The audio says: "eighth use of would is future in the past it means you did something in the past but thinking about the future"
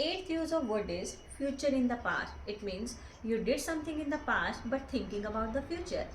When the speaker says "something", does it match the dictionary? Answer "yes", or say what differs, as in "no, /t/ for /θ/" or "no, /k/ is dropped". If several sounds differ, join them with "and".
no, /t/ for /θ/